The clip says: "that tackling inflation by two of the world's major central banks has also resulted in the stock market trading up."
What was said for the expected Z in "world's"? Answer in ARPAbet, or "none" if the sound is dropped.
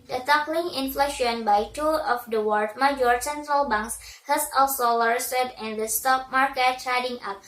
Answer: none